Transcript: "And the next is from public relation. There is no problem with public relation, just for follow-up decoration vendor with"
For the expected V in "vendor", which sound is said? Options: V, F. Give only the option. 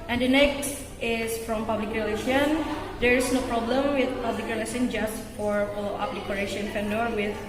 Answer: F